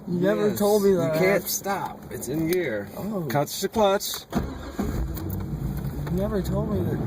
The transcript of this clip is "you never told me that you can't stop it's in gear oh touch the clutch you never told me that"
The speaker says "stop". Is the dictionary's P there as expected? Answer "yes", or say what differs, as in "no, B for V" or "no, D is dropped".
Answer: yes